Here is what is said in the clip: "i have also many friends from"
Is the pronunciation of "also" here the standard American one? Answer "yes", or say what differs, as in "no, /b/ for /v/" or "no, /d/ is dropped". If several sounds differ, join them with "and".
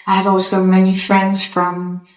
yes